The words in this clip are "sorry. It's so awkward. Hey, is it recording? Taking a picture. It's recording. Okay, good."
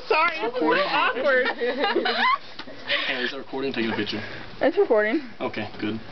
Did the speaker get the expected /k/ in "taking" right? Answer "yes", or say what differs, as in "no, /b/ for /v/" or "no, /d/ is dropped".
no, /k/ is dropped